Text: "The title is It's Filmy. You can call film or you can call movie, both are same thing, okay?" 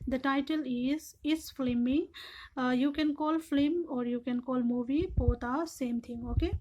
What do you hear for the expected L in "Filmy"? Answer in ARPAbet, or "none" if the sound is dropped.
none